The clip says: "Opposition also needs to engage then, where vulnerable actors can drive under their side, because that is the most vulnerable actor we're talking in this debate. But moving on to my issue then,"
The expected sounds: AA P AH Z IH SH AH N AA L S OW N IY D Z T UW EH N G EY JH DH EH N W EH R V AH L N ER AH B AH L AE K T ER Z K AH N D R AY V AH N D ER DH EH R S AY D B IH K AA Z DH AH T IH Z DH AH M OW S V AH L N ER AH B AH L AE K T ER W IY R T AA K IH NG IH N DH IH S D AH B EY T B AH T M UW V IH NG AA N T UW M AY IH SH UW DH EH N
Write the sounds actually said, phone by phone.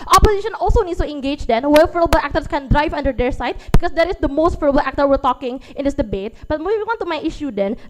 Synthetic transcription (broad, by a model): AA P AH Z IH SH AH N AA L S OW N IY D S T UW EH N G EY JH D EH N W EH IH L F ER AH B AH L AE K T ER S K AH N D R AY V AH N D ER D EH R S AY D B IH K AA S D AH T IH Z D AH M OW S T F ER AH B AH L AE K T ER W IY R T AA K IH NG IH N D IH S D AH B EY T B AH T M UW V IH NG AA N T UW M AY IH SH UW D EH N